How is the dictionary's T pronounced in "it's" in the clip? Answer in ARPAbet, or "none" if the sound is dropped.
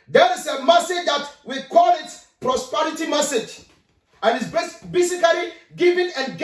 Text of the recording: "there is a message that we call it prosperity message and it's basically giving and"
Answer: S